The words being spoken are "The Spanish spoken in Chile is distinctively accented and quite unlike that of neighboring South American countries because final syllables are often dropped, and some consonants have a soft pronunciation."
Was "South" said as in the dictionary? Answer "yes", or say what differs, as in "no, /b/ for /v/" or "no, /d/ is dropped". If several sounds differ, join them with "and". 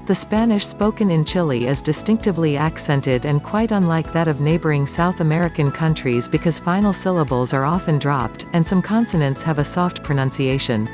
yes